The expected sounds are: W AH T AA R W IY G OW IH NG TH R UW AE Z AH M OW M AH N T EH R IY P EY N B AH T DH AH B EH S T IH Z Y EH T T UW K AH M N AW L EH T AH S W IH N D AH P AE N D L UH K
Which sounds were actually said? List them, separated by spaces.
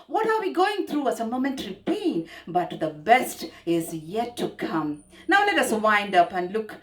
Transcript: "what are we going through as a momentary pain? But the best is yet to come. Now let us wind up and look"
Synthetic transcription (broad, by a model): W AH T AA R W IY G OW IH NG T R UW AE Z AH M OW M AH N T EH R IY P EY N B AH T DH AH B EH S T IH Z Y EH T T UW K AH M N AW L EH T AH S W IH N D AH P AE N D L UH K